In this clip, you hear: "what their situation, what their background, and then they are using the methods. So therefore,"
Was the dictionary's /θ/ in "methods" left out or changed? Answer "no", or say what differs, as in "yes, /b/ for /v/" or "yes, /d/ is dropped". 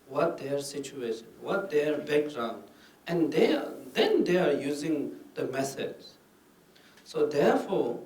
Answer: yes, /s/ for /θ/